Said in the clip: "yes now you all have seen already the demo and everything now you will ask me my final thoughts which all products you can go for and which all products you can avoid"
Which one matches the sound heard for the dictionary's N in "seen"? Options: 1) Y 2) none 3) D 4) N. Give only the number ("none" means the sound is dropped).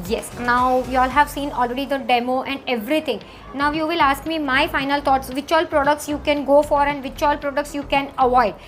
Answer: 4